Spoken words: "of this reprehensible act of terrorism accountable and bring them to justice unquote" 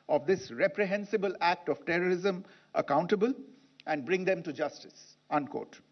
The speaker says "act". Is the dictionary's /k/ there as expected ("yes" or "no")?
yes